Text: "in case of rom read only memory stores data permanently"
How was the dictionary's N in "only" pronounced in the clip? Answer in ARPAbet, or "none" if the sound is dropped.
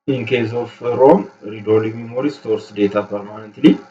none